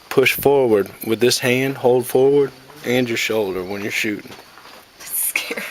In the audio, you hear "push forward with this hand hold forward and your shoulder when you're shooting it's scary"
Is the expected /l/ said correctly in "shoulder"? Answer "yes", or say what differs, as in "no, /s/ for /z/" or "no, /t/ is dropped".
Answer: yes